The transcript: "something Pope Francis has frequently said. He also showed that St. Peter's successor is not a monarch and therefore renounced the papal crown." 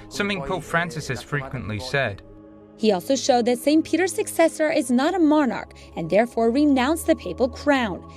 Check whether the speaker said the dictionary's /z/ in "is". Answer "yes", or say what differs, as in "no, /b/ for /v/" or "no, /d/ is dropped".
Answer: yes